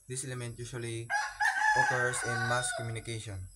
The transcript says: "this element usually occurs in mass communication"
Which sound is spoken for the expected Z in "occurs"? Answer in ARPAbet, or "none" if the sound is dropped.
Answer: S